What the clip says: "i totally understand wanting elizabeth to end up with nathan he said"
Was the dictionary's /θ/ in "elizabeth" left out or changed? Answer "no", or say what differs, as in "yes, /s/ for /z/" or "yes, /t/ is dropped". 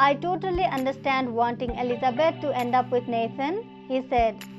yes, /t/ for /θ/